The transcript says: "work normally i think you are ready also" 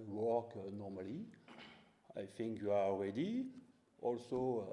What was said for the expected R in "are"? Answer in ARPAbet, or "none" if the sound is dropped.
L